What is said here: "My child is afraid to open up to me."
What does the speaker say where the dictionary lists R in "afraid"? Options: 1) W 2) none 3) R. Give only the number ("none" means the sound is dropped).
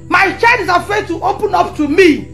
2